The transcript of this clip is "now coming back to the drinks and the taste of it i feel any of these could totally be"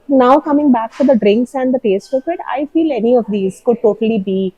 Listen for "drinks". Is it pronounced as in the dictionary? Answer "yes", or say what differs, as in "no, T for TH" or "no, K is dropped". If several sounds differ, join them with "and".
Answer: yes